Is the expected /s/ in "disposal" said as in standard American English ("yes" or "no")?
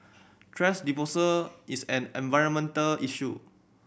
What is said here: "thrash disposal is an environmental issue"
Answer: no